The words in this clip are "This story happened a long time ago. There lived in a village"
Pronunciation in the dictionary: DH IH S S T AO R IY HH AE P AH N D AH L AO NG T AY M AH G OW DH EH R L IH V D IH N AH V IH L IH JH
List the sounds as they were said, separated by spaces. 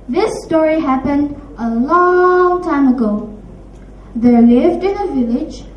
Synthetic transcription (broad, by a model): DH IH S S T AO R IY HH AE P AH N D AH L AO NG T AY M AH G OW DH EH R L IH V D IH N AH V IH L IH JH